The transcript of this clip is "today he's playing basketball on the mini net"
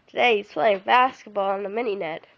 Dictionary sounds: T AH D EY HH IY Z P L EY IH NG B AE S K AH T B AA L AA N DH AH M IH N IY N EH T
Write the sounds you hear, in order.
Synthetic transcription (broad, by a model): T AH D EY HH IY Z P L EY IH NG B AE S K AH T B AA L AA N DH AH M IH N IY N EH T